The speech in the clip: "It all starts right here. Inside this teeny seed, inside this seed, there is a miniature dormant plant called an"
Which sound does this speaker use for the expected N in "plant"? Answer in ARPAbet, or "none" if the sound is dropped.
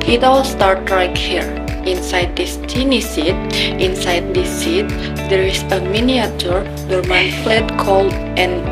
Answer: none